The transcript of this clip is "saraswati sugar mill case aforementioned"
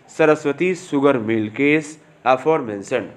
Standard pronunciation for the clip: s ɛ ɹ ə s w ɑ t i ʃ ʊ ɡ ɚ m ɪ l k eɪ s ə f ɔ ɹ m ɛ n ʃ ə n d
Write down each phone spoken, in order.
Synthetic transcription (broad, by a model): s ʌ ɹ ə s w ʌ t i s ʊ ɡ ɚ m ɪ l k eɪ s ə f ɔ ɹ m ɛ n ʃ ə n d